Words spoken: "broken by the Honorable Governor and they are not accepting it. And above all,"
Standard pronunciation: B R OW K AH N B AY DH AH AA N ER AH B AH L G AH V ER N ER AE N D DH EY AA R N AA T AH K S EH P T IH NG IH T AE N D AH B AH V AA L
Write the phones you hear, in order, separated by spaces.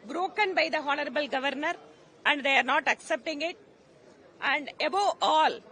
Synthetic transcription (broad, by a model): B R OW K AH N B AY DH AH AA N ER AH B AH L G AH V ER N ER AE N D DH EY AA R N AA T AH K S EH P T IH NG IH T AE N D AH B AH AA L